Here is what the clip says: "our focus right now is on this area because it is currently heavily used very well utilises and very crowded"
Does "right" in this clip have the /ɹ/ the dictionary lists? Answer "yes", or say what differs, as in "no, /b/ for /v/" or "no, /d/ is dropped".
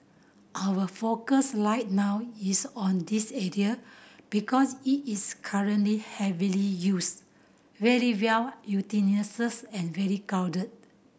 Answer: no, /l/ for /ɹ/